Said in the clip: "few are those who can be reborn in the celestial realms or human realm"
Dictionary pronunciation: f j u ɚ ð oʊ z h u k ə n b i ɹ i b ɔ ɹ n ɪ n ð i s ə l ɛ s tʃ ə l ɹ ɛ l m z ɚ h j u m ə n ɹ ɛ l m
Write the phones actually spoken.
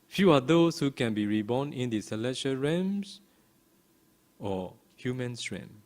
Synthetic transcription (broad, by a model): f j u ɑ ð oʊ s h u k ə n b i ɹ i b ɔ n ɪ n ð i s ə l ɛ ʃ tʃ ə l ɹ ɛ m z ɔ h j u m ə n ɹ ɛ m